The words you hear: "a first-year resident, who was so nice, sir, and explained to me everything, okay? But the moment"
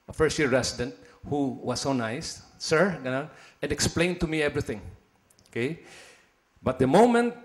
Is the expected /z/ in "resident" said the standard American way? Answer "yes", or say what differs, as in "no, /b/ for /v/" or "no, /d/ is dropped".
no, /s/ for /z/